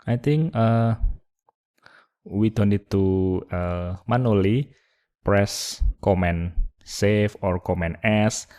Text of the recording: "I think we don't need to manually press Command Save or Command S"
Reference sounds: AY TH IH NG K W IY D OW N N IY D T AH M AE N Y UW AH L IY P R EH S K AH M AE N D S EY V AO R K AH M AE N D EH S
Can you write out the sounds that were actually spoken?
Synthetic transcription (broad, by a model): AY T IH NG K W IY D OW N N IY D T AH M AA N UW L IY P R EH S K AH M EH N S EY F AO R K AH M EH N EH S